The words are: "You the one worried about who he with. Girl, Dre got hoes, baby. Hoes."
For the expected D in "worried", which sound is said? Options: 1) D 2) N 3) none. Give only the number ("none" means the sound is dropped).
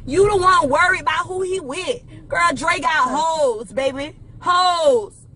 3